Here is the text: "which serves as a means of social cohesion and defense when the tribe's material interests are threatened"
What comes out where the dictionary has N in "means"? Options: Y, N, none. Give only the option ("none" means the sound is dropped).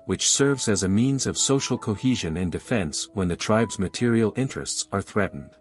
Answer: N